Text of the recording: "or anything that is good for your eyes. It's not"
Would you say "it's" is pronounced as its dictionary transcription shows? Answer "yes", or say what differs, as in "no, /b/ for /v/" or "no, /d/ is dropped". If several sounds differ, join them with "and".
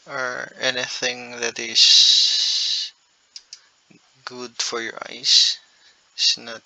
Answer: no, /s/ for /t/